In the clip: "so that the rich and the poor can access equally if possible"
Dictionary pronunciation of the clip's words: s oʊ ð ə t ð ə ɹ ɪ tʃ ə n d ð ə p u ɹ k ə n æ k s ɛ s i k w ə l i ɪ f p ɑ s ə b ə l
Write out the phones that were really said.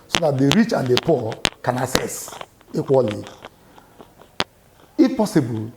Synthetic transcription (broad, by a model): s oʊ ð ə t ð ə ɹ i tʃ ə n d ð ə p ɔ k ə n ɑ s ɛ s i k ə l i ɪ f p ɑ s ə b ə l